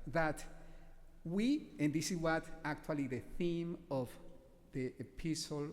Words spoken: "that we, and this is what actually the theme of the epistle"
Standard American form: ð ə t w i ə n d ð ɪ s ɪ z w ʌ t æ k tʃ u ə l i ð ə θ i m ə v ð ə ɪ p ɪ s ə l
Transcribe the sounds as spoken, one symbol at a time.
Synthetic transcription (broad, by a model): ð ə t w i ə n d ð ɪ s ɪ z w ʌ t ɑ k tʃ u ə l i ð ə θ i m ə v ð ə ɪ p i s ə l